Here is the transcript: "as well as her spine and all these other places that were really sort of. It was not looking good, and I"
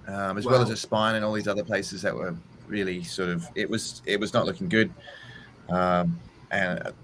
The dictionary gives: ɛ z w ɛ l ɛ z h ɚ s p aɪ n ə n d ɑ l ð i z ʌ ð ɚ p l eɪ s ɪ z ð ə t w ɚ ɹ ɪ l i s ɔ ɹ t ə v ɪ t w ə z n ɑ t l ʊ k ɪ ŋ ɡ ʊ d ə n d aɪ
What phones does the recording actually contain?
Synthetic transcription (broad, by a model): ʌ z w ɛ l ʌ z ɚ s p aɪ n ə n ɑ l ð i z ʌ ð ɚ p l eɪ s ɪ z ð ə t w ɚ ɹ ɪ l i s ɔ ɹ t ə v ɪ t w ə z n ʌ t l ʊ k ɪ ŋ ɡ ʊ d ə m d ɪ